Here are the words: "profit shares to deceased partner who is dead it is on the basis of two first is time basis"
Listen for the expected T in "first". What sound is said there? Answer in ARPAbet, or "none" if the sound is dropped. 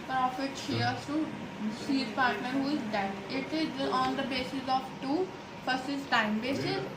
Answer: none